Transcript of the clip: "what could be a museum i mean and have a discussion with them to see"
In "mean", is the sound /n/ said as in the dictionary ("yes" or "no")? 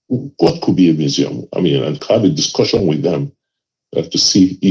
yes